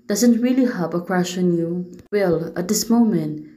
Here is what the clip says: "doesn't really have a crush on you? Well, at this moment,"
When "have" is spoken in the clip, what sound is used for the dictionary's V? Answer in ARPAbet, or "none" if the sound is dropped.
P